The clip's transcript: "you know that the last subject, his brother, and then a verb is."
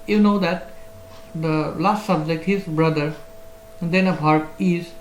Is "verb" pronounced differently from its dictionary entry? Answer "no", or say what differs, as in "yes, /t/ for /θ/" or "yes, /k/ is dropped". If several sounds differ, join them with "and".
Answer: yes, /b/ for /v/